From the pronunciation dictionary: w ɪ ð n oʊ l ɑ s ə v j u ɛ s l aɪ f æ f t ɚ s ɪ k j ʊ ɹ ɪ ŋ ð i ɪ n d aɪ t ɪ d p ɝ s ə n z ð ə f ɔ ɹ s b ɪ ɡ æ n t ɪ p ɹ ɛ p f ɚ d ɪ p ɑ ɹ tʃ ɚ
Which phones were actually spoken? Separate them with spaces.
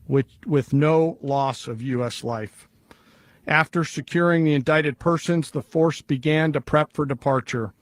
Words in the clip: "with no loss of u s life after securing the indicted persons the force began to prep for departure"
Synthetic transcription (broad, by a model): w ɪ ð n oʊ l ɑ s ə v j u ɛ s l aɪ f æ f t ɚ s ɪ k j ʊ ɹ ɪ ŋ ð i ɪ n d aɪ t ɪ d p ɝ s ə n z ð ə f ɔ ɹ s b ɪ ɡ æ n t ɪ p ɹ ɛ p f ɚ d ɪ p ɑ ɹ tʃ ɚ